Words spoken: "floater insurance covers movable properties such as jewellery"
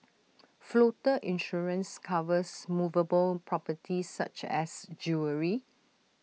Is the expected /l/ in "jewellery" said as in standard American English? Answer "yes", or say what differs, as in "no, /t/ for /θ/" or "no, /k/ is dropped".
no, /l/ is dropped